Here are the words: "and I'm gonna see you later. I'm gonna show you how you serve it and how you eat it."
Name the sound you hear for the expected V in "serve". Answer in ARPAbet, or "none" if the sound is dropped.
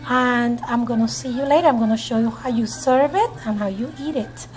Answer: V